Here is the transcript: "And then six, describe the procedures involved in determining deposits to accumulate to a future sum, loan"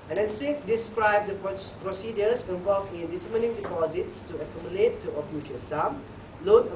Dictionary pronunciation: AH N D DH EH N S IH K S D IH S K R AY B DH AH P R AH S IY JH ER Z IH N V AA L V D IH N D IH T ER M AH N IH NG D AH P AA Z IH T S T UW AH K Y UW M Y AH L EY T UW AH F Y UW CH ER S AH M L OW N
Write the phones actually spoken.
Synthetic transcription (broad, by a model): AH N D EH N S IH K D IH S K R AY B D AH P R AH S IY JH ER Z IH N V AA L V IH N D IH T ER M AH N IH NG D AH P AA Z IH T S T UW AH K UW M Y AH L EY T UW AH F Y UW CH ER S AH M L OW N